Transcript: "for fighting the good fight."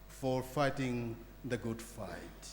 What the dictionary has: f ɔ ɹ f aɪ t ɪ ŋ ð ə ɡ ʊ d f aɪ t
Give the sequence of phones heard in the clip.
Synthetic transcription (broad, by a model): f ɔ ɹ f aɪ t ɪ ŋ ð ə ɡ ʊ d f aɪ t